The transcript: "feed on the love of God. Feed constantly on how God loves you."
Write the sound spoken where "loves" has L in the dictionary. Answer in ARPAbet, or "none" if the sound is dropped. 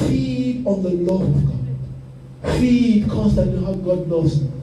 N